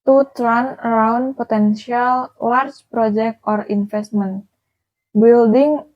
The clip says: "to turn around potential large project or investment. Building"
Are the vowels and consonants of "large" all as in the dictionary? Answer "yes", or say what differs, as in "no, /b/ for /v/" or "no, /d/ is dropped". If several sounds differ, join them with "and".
no, /w/ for /l/